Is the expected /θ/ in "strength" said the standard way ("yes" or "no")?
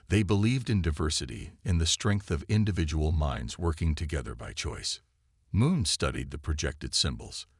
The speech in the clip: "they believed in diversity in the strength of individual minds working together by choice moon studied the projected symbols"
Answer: yes